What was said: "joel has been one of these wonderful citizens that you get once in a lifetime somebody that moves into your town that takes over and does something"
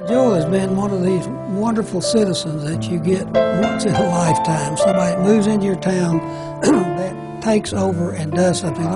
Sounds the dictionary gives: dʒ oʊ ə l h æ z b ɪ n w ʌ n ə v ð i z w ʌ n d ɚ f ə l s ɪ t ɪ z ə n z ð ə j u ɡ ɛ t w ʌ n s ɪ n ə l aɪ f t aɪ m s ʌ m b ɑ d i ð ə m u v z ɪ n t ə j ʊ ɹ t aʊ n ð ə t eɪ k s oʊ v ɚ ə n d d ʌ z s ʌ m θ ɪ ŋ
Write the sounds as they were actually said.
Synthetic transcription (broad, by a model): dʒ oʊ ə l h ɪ z b ɪ n w ʌ n ə v ð i z w ʌ n d ɚ f l s ɪ t ɪ z ə n z ð ə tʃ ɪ ɡ ɛ t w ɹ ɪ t ə l aɪ f t aɪ m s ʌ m ɑ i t m u v z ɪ n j ə ɹ t aʊ n ð ə t eɪ k s oʊ v ɚ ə n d d ʌ z s ʌ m θ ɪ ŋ